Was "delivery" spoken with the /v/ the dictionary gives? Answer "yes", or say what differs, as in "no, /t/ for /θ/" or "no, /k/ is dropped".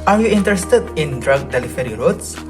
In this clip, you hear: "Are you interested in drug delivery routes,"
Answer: no, /f/ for /v/